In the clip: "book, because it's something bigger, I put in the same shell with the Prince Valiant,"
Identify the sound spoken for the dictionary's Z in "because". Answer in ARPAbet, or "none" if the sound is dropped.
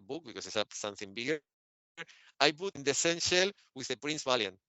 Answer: S